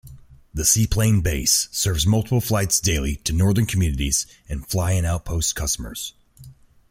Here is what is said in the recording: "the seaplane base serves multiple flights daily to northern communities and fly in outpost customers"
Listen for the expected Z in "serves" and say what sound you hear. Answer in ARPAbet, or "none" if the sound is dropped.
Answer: Z